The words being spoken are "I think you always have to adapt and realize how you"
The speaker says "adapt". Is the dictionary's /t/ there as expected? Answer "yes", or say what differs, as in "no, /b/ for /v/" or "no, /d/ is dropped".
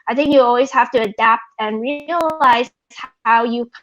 yes